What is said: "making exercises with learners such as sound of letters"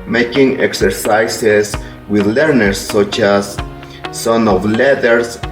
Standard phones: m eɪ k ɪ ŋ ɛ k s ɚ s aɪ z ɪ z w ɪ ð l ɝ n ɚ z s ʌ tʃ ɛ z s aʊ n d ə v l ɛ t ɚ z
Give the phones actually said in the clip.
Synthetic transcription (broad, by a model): m eɪ k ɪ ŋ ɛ k s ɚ s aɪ s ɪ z w ɪ ð l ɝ n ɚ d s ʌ tʃ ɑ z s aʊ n ə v l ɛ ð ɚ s